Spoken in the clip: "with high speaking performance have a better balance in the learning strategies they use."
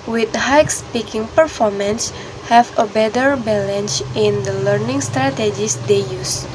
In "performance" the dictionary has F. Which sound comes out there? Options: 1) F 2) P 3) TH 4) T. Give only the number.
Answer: 1